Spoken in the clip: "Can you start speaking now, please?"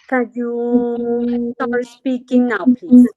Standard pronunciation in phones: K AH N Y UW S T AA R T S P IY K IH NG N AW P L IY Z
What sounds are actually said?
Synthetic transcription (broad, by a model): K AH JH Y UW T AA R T S P IY K IH NG N AW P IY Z